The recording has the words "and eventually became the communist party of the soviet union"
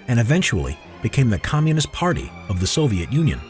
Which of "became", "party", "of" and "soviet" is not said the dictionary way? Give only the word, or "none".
none